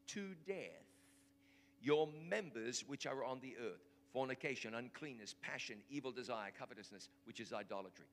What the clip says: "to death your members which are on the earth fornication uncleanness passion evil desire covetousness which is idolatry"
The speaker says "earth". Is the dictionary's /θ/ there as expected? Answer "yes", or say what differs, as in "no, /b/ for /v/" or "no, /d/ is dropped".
yes